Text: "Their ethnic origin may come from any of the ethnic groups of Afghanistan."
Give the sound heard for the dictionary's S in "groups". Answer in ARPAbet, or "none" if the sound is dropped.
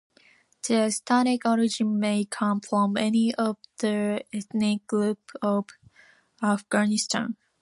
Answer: none